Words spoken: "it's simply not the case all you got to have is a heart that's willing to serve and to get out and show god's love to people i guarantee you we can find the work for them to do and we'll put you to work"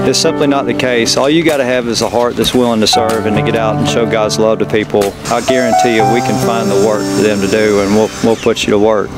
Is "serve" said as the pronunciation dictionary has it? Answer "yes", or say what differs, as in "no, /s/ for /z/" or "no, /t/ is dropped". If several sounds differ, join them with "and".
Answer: yes